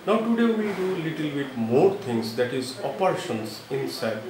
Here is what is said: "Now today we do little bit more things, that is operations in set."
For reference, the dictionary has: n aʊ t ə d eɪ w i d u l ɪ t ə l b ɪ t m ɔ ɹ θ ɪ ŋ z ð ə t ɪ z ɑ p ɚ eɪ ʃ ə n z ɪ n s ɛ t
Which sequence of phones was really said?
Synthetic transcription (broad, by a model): n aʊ t ə d eɪ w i d u l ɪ t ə l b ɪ t m ɔ ɹ t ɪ ŋ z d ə t ɪ z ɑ p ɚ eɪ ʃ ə n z ɪ n s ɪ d